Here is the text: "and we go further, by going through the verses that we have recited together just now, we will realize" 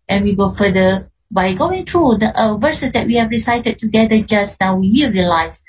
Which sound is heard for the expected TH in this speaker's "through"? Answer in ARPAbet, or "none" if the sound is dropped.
T